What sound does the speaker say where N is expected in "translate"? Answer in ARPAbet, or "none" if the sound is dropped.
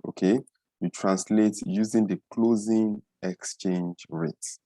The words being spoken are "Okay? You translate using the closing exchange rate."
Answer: N